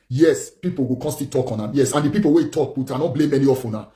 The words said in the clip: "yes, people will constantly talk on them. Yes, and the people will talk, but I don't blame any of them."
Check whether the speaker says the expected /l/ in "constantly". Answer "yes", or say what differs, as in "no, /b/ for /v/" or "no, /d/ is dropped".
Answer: no, /l/ is dropped